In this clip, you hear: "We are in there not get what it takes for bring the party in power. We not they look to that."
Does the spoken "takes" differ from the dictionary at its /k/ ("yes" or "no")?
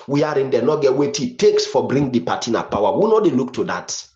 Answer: no